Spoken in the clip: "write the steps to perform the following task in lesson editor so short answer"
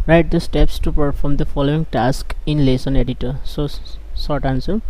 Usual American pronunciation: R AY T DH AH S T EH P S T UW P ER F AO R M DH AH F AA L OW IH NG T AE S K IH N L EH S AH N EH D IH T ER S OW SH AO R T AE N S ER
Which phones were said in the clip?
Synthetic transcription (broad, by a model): R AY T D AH S T EH P S T UW P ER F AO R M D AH F AA L OW IH NG T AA S K IH N L EH S AH N EH D IH T ER S OW S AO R T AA N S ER